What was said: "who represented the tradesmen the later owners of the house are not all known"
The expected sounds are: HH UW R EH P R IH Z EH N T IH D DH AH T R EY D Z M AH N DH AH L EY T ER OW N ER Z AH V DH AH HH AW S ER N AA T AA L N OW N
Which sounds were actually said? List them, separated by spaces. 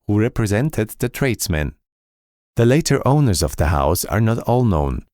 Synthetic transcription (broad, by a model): HH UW R EH P R IH Z EH N T IH D DH AH T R EY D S M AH N DH AH L EY T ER OW N ER Z AH V DH AH HH AW S ER N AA T AA L N OW N